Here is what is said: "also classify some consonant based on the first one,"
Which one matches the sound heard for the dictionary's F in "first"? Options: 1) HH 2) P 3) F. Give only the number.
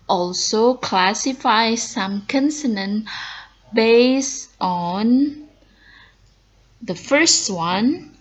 3